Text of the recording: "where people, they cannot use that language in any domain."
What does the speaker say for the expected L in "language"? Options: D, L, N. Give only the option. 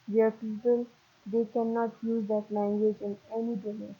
L